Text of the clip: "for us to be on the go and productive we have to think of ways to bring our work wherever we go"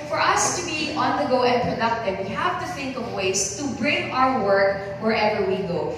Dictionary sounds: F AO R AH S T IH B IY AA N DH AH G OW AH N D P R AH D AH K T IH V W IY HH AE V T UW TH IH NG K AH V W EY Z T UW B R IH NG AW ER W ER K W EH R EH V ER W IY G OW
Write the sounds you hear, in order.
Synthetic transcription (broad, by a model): F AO R AH S T IH B IY AA N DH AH G OW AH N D P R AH D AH K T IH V W IY HH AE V T UW TH IH NG K AH V W EY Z T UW B R IH NG AW ER W ER K W EH R EH V ER W IY G OW